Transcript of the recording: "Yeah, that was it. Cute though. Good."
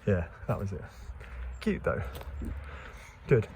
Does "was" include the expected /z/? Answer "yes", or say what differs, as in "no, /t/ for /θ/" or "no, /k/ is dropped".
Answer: yes